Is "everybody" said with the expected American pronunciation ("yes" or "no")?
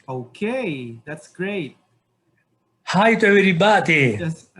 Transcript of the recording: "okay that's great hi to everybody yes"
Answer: no